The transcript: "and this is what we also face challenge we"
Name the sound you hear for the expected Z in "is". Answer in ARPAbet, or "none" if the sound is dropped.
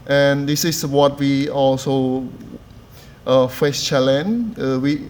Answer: S